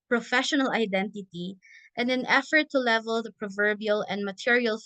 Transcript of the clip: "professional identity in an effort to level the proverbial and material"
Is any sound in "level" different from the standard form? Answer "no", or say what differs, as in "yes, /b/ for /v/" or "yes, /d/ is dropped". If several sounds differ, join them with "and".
no